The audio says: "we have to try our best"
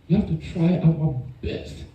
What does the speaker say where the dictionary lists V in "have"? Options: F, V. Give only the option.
F